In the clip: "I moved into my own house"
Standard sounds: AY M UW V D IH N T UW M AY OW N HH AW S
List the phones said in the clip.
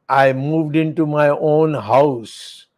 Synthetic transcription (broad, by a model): AY M UW V D IH N T UW M AY OW N HH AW S